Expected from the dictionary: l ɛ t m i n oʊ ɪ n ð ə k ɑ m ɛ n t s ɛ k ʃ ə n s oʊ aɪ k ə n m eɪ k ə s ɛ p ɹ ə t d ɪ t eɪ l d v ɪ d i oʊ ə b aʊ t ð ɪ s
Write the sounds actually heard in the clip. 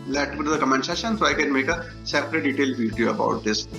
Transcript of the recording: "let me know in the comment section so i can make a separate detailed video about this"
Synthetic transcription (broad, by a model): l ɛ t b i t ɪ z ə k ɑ m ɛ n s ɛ ʃ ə n s oʊ aɪ k ə n m eɪ k ə s ɛ p ɹ ə t d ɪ t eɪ l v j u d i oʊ ə b aʊ t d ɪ s